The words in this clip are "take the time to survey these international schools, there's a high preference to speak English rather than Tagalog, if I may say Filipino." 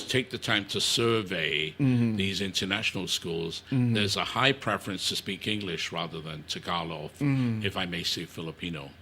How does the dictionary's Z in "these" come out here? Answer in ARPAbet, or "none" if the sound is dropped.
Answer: Z